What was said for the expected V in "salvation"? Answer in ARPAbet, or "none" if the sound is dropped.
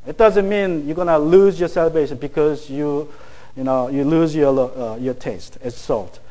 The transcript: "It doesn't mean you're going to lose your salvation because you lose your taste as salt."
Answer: B